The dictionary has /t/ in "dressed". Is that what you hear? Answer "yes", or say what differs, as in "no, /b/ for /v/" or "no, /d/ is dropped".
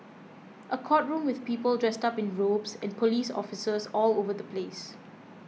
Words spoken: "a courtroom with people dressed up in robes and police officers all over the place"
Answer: yes